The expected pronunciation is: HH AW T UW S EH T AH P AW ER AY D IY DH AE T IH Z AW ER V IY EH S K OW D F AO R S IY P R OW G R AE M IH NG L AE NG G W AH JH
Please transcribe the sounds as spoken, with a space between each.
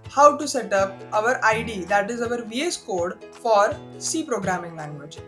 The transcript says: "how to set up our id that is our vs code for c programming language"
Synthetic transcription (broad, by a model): HH AW T UW S EH T AH P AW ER AY D IY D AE T IH Z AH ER V IY EH S K OW D F AO R S IY P R OW G R AE M IH NG L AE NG G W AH JH